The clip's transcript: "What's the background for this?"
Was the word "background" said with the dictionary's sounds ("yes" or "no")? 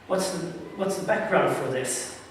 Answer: yes